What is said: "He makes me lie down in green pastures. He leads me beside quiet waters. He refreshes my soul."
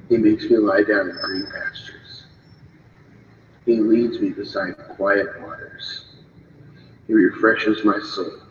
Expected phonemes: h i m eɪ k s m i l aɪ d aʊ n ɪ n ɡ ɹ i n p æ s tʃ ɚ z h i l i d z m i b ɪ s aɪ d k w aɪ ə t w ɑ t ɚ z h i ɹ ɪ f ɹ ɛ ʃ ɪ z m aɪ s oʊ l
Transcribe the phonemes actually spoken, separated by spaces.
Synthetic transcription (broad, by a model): h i m eɪ k s m i l aɪ d aʊ n ɪ n ɡ ɹ i n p æ s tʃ ɚ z h i l i d z m i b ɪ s aɪ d k w aɪ ə t w ɑ t ɚ z h i ɹ ɪ f ɹ ɛ ʃ ɪ z m aɪ s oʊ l